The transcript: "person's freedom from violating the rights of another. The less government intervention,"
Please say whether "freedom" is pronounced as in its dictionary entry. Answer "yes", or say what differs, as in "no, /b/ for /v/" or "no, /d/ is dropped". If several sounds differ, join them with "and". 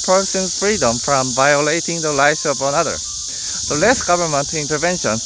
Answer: yes